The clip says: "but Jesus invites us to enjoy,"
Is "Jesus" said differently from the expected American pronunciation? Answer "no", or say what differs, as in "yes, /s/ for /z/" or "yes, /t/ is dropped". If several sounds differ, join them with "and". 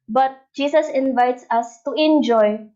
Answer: yes, /s/ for /z/